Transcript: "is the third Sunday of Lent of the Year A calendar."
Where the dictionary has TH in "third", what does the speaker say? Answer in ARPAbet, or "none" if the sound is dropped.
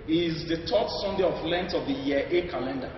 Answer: T